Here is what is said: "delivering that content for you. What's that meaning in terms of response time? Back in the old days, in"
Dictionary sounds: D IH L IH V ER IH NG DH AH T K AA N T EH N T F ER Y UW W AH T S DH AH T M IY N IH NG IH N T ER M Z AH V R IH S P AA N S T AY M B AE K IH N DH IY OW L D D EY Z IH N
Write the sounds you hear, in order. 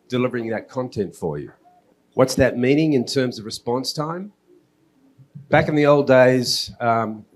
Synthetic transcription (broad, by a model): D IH L IH V ER IH NG DH AH T K AA N T EH N T F ER Y UW W AH T S DH AH T M IY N IH NG IH N T ER M Z AH V R IH S P AA N S T AY M B AE K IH N DH IY OW L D D EY IH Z